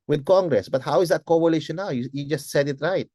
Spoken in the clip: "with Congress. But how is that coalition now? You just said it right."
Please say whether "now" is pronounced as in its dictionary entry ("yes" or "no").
no